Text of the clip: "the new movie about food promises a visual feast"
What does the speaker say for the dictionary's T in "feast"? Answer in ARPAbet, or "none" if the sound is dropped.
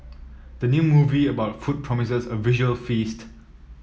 T